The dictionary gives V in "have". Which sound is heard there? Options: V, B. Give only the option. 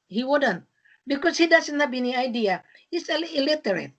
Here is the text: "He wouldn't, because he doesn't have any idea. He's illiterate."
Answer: B